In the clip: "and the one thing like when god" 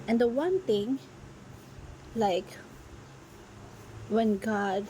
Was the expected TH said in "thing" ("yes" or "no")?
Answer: no